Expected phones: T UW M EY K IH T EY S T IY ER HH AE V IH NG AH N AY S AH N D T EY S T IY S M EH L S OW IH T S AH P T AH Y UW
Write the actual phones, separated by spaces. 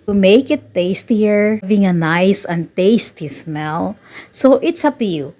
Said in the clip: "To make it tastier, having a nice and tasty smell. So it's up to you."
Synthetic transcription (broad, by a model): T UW M EY K IH T EY S T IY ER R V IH NG AH N AY S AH N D T EY S T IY S M EH L S OW IH T S AH P T AH Y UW